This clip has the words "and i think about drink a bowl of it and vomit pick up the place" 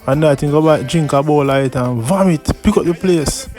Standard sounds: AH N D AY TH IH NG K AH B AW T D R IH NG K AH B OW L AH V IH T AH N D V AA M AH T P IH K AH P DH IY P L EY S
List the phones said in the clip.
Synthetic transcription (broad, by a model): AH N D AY T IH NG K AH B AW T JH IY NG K AH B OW L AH IH T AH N V AA M AH T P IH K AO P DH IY P L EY S